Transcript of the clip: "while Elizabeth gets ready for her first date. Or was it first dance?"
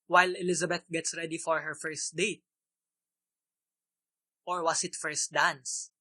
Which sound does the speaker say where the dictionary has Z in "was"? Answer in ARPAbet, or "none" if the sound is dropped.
S